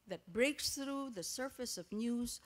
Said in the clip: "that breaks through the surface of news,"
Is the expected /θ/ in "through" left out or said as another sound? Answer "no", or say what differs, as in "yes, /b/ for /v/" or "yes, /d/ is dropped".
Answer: no